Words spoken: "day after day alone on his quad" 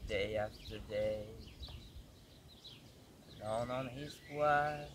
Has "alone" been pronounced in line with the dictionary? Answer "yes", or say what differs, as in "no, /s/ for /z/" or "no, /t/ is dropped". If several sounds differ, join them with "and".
no, /n/ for /l/